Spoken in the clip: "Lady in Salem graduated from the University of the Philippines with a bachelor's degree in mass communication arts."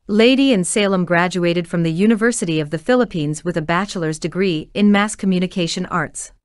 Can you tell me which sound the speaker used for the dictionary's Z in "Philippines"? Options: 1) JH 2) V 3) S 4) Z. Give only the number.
4